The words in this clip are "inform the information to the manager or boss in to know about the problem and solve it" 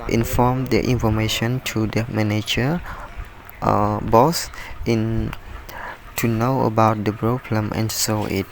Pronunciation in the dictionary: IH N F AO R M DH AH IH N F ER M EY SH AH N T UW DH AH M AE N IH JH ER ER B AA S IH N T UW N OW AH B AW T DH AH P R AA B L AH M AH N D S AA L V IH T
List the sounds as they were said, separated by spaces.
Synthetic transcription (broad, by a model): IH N F AO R M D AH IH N F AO M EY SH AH N T UW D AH M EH N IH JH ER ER B AA S IH N T UW N OW AH B AW T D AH B R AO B L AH M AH N S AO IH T